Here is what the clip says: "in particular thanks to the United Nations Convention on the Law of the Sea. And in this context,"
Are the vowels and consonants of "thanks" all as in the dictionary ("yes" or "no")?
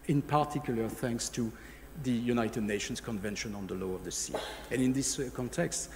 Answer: yes